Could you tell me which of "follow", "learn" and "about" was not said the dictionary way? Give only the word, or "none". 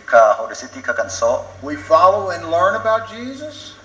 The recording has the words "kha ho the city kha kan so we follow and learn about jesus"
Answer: none